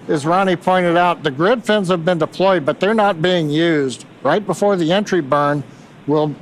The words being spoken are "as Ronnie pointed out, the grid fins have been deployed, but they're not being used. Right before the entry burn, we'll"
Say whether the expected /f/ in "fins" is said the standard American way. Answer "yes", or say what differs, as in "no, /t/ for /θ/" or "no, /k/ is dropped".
yes